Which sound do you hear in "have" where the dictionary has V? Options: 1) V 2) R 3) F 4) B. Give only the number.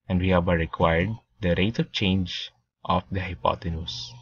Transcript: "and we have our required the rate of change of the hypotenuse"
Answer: 4